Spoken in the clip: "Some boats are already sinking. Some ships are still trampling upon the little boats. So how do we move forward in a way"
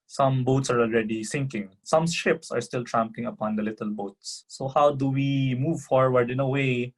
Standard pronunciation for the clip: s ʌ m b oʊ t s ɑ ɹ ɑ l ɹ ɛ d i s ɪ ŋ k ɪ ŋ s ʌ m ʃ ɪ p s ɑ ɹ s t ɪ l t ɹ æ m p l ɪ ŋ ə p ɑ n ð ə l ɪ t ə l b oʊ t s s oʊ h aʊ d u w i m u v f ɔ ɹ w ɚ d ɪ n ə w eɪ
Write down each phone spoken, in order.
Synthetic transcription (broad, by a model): s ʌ m b oʊ t s ɑ ɹ ɑ l ɹ ɛ d i s ɪ ŋ k ɪ ŋ s ʌ m ʃ ɪ p s ɑ ɹ s t ɪ l t ɹ æ m p l ɪ ŋ ə p ɑ n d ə l ɪ t ə l b oʊ t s s oʊ h aʊ d u w i m u v f ɔ ɹ w ɚ d ɪ n ə w eɪ